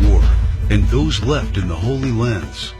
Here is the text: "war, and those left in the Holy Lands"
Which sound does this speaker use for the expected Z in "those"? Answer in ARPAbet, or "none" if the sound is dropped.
Z